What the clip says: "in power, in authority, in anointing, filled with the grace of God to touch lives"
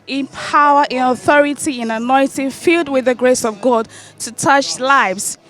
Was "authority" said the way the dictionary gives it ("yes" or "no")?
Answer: yes